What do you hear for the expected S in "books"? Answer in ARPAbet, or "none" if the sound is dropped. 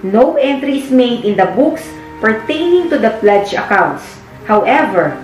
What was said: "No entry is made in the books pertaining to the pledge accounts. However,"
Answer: S